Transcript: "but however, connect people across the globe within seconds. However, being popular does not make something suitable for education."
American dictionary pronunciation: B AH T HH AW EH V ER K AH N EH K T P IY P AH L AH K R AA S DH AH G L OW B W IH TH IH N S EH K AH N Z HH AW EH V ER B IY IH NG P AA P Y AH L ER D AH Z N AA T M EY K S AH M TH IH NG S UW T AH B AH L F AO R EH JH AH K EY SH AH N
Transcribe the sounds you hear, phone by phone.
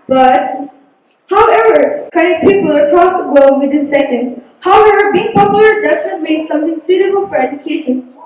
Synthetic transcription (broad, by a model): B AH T HH AW EH V ER K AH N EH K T P IY P AH L AH K R AA S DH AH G OW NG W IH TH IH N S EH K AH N HH AW EH V ER B IY IH NG P AA P Y AH L ER D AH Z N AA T M EY K S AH M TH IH NG S UW T AH B AH L F AO R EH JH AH K EY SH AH N